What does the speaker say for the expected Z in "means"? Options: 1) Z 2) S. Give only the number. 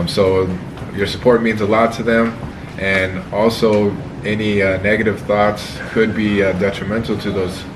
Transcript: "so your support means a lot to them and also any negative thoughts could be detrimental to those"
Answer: 1